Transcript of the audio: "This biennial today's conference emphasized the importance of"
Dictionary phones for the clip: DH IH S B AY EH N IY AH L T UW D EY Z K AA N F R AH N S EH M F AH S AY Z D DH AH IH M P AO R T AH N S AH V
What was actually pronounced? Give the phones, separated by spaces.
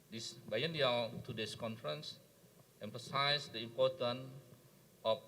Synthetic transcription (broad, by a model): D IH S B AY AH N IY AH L T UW D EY S K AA N F R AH N S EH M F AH S AY S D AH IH M P AO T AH N AH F